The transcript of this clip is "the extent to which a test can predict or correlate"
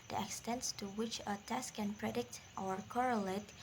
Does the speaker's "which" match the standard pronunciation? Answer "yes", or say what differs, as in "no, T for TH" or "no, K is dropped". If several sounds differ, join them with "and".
yes